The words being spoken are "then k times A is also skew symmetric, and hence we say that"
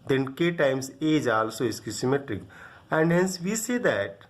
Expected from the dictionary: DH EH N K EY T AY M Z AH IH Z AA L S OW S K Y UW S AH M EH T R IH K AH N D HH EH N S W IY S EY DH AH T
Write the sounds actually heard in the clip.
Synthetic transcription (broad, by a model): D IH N K EY T AY M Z AH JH AA L S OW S K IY S AH M EH T R IH K AH N D HH EH N S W IY S EY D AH T